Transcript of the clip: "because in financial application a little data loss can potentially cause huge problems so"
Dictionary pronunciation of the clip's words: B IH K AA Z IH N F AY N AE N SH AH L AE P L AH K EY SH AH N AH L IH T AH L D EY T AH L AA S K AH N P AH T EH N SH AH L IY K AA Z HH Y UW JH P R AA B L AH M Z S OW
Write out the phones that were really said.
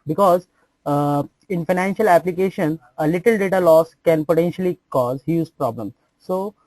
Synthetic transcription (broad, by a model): B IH K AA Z IH N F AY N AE N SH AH L AE P L AH K EY SH AH N AH L IH T AH L D EY T AH L AA S K AH N P AH T EH N SH AH L IY K AA Z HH Y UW Z P R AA B L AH M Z S OW